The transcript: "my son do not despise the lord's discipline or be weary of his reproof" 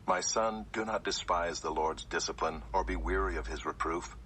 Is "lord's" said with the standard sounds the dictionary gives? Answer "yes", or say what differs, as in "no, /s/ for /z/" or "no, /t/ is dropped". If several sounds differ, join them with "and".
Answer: yes